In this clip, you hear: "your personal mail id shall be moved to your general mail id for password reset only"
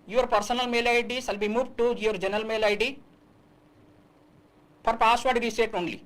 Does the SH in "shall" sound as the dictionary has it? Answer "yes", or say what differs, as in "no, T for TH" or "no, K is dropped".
no, S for SH